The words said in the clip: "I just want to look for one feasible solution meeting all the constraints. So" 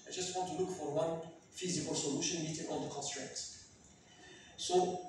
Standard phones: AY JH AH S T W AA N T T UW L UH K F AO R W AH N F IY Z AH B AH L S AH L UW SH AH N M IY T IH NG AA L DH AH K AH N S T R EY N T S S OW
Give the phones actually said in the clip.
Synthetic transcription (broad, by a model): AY JH AH S T W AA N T T UW L UH K F AO R W AH N F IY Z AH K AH L S AH L UW SH AH N M IY T IH NG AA N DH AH K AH N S T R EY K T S S OW